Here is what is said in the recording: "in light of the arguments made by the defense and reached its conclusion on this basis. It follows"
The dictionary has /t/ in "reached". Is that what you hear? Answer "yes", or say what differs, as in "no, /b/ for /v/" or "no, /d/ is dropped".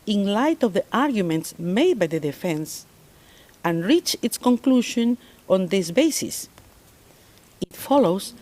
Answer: no, /t/ is dropped